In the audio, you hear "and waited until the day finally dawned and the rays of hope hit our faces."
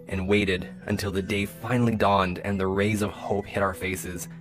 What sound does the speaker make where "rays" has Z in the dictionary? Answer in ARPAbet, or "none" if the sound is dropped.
Z